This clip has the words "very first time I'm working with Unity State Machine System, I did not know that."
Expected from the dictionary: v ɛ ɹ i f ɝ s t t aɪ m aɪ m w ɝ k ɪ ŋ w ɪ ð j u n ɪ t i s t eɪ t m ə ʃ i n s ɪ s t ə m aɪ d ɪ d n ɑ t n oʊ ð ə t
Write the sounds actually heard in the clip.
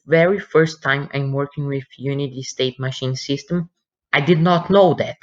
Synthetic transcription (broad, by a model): v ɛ ɹ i f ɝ s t t aɪ m aɪ m w ɝ k ɪ ŋ w ɪ ð j u n ɪ t i s t eɪ t m ə ʃ i n s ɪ s t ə m aɪ d ɪ d n ɑ t n oʊ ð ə t